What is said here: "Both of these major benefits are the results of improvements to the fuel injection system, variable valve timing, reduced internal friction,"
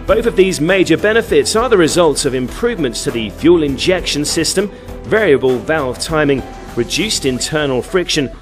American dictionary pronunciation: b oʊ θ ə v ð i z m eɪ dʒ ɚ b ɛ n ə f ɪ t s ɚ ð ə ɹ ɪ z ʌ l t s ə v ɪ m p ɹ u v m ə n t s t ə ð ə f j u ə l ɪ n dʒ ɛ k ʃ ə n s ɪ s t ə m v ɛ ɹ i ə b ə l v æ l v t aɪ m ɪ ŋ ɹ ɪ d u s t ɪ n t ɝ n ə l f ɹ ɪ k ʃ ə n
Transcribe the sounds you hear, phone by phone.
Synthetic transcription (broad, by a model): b oʊ θ ə v ð i z m eɪ dʒ ɚ b ɛ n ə f ɪ t s ɚ ð ə ɹ ɪ z ʌ l t s ə v ɪ m p ɹ u v m ə n t s t ə ð ə f j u l ɪ n dʒ ɛ k ʃ ə n s ɪ s t ə m v ɛ ɹ i ə b ə l v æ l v t aɪ m ɪ ŋ ɹ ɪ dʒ u s t ɪ n t ɝ n ə l f ɹ ɪ k ʃ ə n